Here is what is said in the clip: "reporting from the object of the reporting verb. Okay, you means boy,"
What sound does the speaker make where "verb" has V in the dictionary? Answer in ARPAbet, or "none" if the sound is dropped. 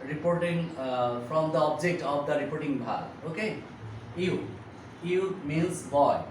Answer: B